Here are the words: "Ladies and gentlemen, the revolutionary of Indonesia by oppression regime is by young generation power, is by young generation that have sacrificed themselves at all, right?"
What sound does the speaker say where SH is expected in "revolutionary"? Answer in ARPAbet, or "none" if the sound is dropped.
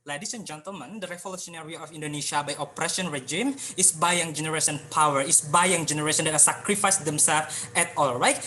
S